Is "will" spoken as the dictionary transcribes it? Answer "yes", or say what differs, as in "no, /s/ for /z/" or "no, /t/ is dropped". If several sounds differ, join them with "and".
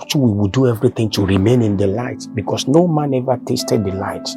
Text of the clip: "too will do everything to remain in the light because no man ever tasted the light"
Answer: no, /w/ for /l/